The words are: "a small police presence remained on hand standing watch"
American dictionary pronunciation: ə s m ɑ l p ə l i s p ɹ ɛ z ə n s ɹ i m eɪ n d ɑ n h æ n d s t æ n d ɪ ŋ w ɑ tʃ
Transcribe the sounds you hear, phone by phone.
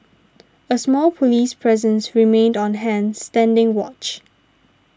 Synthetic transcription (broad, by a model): ə s m ɑ l p ə l i s p ɹ ɛ z ə n s ɹ i m eɪ n d ɑ n h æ n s t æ n d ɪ ŋ w ɑ tʃ